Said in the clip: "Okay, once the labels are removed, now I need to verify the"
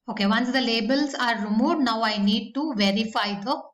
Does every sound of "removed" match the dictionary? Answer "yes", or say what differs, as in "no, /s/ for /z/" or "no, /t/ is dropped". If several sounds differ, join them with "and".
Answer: no, /v/ is dropped